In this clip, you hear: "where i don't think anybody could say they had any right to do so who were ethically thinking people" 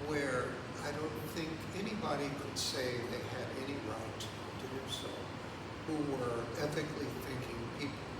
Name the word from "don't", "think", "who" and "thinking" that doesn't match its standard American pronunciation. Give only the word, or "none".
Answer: none